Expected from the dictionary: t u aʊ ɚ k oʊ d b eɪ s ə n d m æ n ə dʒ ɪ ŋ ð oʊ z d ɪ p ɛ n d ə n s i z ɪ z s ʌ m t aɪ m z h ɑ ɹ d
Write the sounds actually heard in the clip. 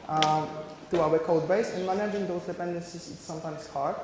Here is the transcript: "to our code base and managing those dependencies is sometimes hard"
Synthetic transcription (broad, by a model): t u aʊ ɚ k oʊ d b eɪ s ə n m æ n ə dʒ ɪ ŋ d oʊ s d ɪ p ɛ n d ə n s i s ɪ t s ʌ m t aɪ m s h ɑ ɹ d